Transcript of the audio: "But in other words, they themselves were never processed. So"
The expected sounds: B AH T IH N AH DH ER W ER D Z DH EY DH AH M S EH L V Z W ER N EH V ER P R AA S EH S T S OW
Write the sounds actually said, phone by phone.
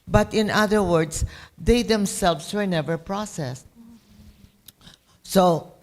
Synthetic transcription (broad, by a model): B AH T IH N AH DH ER W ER D S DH EY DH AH M S EH L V S W ER N EH V ER P R AA S EH S T S OW